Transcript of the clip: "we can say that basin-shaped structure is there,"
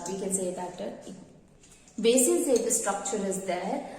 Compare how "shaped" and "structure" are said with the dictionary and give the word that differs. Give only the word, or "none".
shaped